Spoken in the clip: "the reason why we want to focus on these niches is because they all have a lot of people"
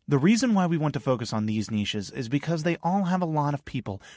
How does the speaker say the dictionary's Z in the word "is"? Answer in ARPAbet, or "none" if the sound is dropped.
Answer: Z